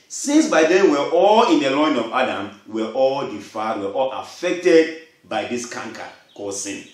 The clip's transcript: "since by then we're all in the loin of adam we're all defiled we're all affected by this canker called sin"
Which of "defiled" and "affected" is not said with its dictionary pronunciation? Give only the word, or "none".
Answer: defiled